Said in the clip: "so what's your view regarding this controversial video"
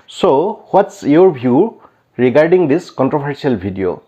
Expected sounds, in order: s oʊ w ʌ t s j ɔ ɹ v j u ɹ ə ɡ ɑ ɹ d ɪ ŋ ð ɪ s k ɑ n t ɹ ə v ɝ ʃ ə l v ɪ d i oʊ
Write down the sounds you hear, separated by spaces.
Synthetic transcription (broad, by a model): s oʊ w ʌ t s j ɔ ɹ b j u ɹ ə ɡ ɑ ɹ d ɪ ŋ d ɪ s k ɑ n t ɹ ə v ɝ s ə l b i d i oʊ